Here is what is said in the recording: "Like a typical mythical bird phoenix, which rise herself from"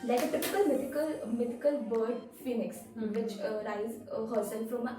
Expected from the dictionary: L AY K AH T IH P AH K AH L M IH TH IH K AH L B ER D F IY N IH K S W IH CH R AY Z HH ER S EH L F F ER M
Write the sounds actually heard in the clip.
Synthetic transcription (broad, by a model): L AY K AH T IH P AH K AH L M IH T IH K AH L B ER D F IY N IH K S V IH CH R AY Z HH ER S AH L F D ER M